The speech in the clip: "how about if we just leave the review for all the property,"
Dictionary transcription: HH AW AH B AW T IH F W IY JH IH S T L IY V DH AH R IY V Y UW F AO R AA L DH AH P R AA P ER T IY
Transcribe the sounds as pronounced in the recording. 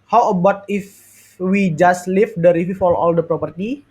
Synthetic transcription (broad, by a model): HH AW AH B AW T IH F W IY JH IH S T L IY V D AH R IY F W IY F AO L AA L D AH P R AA P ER T IY